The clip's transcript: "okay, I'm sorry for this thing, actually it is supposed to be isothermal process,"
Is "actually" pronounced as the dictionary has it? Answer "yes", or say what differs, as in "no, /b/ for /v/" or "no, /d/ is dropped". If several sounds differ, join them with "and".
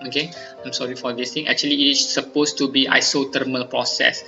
no, /l/ is dropped